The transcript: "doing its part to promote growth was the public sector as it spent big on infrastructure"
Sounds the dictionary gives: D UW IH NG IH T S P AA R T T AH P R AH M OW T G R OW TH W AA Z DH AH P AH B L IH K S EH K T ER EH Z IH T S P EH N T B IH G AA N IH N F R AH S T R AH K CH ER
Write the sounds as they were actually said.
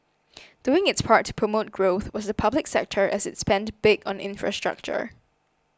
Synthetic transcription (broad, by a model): D UW IH NG IH T S P AA R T T AH P R AH M OW T G R OW TH W AA Z DH AH P AH B L IH K S EH K T ER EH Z IH T S P EH N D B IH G AA N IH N F R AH S T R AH K CH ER